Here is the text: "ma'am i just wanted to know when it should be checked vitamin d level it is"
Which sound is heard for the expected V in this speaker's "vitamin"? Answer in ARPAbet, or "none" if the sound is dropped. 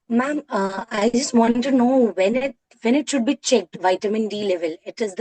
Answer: V